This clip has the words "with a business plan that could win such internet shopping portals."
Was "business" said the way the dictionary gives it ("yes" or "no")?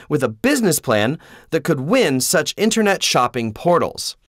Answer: yes